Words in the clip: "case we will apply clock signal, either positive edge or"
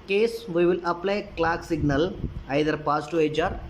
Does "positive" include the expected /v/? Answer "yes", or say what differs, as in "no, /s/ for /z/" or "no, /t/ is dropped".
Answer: no, /v/ is dropped